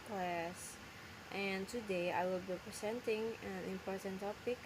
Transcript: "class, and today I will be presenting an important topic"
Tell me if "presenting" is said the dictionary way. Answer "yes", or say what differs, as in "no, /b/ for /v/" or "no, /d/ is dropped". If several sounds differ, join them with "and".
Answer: no, /s/ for /z/